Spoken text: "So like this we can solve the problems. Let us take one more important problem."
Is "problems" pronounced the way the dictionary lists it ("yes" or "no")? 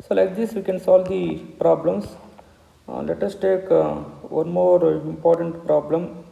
no